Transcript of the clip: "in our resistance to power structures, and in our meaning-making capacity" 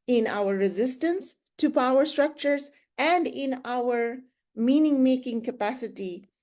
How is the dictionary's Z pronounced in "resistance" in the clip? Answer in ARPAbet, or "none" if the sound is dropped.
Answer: Z